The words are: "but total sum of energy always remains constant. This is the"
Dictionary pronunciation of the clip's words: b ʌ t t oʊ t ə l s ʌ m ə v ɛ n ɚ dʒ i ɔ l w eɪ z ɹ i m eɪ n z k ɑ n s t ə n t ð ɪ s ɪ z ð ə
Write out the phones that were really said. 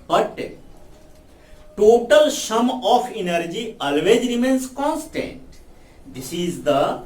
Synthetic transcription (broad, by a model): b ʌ t t oʊ t ə l ʃ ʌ m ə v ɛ n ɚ dʒ i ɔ l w eɪ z ɹ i m eɪ n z k ɑ n s t ə n t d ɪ s ɪ z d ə